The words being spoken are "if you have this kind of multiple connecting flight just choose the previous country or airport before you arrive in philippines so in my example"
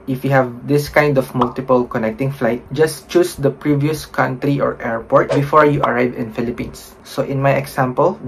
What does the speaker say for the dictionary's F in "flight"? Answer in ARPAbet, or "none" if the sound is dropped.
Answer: F